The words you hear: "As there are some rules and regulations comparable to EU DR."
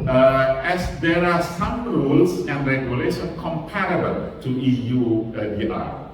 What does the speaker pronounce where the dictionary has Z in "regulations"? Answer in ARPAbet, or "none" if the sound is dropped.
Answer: none